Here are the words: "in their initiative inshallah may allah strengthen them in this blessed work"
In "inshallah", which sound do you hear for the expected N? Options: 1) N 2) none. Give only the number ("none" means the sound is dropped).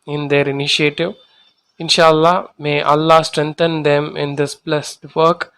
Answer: 1